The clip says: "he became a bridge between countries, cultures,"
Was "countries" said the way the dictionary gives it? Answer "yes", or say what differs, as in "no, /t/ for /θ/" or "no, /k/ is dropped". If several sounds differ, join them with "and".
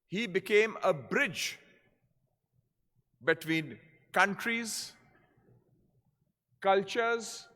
yes